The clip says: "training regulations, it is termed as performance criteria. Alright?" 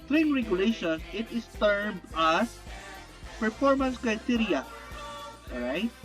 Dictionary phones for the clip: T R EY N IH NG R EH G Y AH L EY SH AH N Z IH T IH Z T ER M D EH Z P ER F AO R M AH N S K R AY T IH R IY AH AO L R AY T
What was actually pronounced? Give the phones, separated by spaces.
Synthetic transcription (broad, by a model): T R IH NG R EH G Y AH L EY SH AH N S IH T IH S T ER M AA S P ER F AO R M AH N S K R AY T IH R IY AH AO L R AY T